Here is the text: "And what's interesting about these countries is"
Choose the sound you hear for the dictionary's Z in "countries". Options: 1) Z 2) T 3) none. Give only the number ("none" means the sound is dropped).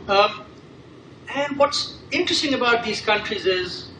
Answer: 1